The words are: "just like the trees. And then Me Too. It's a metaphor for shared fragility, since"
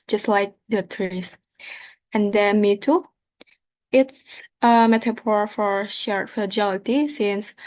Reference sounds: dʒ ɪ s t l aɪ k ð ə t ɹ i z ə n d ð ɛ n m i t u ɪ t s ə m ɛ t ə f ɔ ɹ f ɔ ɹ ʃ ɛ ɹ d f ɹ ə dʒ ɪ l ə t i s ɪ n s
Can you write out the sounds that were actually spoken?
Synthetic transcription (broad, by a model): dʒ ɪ s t l aɪ k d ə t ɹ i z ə n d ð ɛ m i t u ɪ t s ə m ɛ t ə p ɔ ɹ f ɔ ɹ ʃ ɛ ɹ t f ə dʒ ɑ l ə t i s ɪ n s